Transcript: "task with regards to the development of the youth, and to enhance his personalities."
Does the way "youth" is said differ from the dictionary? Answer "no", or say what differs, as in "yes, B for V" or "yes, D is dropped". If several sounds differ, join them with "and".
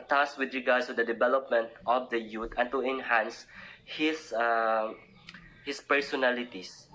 yes, T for TH